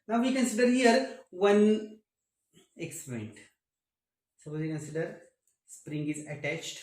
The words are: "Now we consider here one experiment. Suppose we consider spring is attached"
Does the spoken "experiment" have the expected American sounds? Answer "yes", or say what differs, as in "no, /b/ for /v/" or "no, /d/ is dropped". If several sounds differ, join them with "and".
no, /m/ is dropped